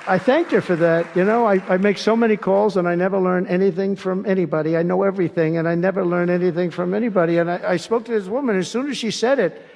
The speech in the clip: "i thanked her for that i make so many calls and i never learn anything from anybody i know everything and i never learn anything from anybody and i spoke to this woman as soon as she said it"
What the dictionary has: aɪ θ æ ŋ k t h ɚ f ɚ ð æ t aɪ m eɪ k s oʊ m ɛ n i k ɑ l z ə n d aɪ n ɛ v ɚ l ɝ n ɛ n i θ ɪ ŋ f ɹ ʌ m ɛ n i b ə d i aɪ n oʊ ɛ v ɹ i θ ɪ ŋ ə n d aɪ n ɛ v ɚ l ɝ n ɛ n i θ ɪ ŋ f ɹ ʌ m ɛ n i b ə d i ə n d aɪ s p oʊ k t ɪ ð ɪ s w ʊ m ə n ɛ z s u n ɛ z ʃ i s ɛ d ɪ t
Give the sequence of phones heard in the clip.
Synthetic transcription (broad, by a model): aɪ θ æ ŋ k t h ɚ f ɚ ð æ t aɪ m eɪ k s oʊ m ɛ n i k ɑ l z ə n aɪ n ɛ v ɚ l ɝ n ɛ n i θ ɪ ŋ f ɹ ʌ m ɛ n i b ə d i aɪ n oʊ ɛ v ɹ i θ ɪ ŋ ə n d aɪ n ɛ v ɚ l ɝ n ɛ n i θ ɪ ŋ f ɹ ʌ m ɛ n i b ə d i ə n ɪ aɪ s p oʊ k t ɪ ð ɪ s w ʊ m ə n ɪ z s u n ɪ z ʃ i s ɛ d ɪ t